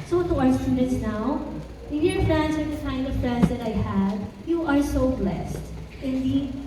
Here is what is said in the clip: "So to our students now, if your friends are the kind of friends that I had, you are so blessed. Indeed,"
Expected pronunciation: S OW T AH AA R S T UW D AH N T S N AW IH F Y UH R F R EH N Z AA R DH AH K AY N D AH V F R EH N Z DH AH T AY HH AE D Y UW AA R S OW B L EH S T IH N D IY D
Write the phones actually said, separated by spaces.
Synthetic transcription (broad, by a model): S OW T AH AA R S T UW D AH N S N AW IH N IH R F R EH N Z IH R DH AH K AY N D AH V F R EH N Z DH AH T AY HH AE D Y UW AA R S OW B L EH S T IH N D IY